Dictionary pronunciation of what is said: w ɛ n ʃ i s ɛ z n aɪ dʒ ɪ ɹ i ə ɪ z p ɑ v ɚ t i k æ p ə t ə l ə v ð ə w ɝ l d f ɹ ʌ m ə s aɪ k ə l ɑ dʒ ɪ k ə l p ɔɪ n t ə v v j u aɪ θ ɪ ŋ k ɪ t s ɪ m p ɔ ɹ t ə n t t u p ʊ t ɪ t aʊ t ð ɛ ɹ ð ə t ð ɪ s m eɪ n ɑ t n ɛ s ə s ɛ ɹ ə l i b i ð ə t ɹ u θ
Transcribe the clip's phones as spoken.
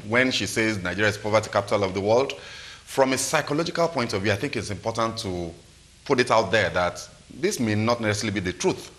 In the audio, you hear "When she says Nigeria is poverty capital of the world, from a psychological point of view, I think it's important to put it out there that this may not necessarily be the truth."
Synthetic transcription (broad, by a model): w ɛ n ʃ i s ɛ z n aɪ dʒ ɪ ɹ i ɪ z p ɑ v ɚ t i k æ p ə t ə l ə v ð ə w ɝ l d f ɹ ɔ m ə s aɪ k ə l ɑ dʒ ɪ k ə l p ɔɪ n t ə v v j u aɪ θ ɪ ŋ k ɪ t s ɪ m p ɔ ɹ t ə n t t u p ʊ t ɪ t aʊ t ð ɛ ɹ ð ə t ð ɪ s m eɪ n ɑ t n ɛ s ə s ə l i b i ð ə t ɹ u θ